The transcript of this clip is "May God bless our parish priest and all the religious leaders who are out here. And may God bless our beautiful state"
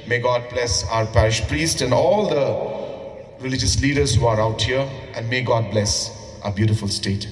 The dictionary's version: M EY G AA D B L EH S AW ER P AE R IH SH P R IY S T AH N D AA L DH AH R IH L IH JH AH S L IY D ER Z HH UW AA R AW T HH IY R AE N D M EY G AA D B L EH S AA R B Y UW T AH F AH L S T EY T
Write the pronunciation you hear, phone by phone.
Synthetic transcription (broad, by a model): M EY G AA D B L EH S AW ER P AE R IH SH P R IY S T AH N D AA L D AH R IH L IH JH AH S L IY D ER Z HH UW AA R AW T HH IY R AE N D M EY G AA D B L EH S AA B Y UW T AH F AH L S T EY T